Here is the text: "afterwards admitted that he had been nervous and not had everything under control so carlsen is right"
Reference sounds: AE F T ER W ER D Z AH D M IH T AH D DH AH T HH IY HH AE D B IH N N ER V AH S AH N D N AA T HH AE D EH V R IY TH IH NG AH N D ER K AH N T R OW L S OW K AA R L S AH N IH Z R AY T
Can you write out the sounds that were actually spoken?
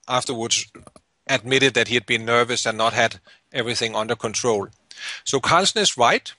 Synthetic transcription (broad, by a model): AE F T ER W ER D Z AH D M IH T AH D DH AH T HH IY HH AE D B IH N N ER V AH S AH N N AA T HH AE D EH V R IY TH IH NG AH N D ER K AH N T R OW L S OW K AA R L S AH N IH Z R AY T